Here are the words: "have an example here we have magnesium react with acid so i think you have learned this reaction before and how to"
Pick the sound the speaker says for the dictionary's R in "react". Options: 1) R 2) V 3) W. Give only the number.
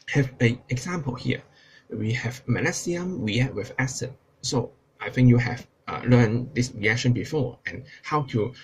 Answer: 3